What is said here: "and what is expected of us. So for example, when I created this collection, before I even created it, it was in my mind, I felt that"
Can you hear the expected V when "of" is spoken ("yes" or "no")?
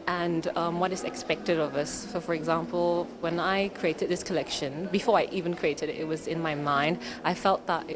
yes